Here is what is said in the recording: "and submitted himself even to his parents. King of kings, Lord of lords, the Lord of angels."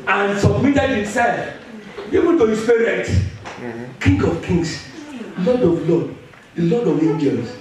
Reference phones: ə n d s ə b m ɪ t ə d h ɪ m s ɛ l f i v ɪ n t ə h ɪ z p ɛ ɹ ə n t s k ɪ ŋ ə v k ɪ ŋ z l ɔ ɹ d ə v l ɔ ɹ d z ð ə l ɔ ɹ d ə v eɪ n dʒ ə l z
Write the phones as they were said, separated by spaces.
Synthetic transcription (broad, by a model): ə n s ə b m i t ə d h ɪ m s ɛ l f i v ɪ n t ə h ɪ s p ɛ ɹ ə t k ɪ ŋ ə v k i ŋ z l ɔ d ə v l ɔ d l ɔ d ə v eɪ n dʒ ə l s